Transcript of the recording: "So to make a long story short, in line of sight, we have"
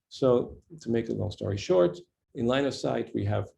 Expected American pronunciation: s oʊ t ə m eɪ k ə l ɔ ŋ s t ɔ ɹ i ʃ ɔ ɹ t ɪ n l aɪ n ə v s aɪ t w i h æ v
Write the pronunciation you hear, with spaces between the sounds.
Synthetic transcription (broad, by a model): s oʊ t ə m eɪ k ə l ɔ s t ɔ ɹ i ʃ ɔ ɹ t ɪ n l aɪ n ə v s aɪ t w i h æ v